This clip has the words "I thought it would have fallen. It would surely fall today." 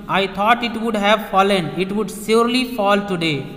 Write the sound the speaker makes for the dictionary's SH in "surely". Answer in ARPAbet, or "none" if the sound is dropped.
S